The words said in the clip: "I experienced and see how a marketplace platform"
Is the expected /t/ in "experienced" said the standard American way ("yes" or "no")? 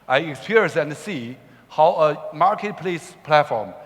no